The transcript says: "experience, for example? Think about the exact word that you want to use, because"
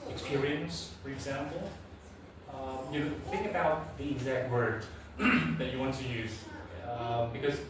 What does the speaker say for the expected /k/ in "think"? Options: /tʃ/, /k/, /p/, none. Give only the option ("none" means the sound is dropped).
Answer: /k/